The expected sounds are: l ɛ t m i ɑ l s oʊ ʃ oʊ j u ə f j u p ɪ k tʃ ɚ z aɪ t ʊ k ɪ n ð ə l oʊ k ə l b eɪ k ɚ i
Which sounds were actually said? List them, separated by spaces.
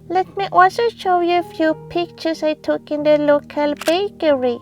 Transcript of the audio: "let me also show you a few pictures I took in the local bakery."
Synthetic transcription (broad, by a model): l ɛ t m i ɑ l s oʊ ʃ oʊ j u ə f j u p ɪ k tʃ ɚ s aɪ t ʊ k ɪ n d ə l oʊ k ə l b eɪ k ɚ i